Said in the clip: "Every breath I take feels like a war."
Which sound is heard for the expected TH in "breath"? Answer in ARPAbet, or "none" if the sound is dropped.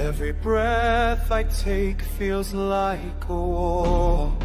TH